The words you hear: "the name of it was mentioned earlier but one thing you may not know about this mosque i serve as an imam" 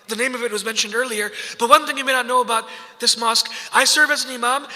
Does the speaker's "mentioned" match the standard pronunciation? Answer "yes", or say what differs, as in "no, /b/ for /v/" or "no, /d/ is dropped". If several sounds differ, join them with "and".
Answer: yes